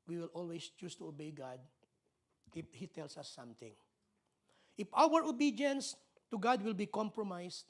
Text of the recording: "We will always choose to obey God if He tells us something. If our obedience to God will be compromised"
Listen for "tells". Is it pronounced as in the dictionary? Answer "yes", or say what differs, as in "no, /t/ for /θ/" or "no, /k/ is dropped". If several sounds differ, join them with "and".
no, /s/ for /z/